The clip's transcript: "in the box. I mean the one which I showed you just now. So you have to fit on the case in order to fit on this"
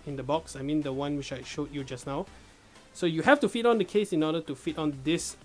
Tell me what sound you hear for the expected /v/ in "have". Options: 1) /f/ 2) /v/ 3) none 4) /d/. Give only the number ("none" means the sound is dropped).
1